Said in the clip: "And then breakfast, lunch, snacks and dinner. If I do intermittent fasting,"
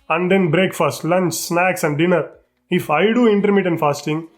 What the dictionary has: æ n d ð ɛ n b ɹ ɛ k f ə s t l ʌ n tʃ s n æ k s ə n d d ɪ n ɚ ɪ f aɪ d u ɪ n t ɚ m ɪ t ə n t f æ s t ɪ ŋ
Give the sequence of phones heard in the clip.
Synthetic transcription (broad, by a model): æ n d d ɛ n b ɹ ɛ k f ə s t l ʌ n tʃ s n æ k s ə n d d ɪ n ɚ ɪ f aɪ d u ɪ n t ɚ m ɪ t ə n f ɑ s t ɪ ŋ